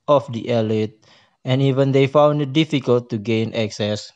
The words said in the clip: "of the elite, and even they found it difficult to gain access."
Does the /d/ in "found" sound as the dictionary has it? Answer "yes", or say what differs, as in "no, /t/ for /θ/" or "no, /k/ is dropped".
yes